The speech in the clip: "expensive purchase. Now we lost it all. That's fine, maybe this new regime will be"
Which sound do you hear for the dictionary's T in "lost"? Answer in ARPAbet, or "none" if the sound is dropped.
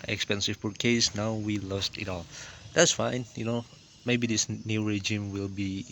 T